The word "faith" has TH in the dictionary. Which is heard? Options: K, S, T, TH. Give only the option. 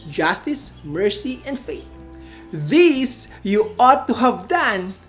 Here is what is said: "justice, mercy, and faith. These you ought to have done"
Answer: T